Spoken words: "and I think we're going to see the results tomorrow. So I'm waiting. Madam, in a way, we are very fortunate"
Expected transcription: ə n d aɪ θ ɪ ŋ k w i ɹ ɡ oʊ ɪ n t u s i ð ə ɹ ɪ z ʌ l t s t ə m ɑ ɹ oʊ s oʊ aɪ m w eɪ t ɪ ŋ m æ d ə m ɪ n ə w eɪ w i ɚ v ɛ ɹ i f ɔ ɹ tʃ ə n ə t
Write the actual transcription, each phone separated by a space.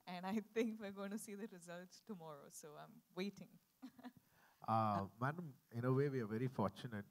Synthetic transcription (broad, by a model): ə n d aɪ t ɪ ŋ k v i ɹ ɡ oʊ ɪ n t u s i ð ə ɹ ɪ z ʌ l t s t ə m ɑ ɹ oʊ s oʊ aɪ m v eɪ t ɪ ŋ m æ d ə m ɪ n ə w eɪ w i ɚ v ɛ ɹ i f ɔ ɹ tʃ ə n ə t